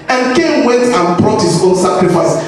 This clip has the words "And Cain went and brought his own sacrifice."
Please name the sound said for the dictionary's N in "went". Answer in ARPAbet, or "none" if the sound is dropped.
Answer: none